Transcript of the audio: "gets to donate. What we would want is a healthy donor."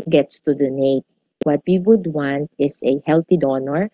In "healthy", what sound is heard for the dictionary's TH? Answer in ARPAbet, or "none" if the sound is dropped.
T